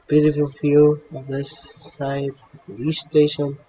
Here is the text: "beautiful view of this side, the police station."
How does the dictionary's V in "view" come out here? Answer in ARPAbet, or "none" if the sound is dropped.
F